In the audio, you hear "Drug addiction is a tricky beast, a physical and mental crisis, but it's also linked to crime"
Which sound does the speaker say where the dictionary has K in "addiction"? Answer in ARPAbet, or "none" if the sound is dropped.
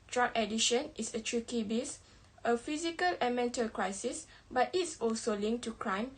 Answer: none